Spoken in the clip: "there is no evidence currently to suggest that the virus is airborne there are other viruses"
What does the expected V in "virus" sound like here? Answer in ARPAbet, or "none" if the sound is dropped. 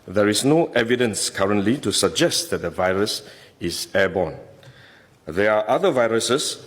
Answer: V